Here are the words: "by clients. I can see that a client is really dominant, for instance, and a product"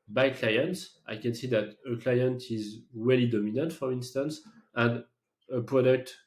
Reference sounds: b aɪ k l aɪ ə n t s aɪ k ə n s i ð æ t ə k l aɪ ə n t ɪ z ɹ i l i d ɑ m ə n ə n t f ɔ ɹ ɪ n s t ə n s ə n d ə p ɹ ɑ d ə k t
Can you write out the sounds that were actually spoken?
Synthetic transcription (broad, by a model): b aɪ k l aɪ ə n t s aɪ k ə n s i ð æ t ə k l aɪ ə n t ɪ z w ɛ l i d ɑ m ə n ə n t f ɔ ɹ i n s t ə n s ə n d ə p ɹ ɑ d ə k t